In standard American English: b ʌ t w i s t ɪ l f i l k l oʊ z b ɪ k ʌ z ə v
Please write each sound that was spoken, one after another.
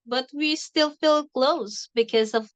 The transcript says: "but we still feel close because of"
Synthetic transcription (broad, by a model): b ʌ t w i s t ɪ l f i l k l oʊ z b ɪ k ʌ z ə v